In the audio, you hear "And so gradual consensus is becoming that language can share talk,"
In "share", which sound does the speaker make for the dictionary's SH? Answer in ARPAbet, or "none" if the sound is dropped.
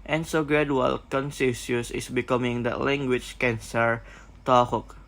S